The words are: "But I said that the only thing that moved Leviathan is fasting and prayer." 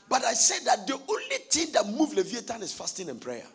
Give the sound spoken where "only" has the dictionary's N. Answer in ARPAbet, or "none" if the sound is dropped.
N